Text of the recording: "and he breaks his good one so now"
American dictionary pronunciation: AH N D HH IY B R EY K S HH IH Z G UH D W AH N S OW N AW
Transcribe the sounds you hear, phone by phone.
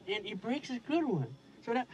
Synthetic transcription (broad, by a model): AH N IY B R EY K S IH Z G UH D W AH N S OW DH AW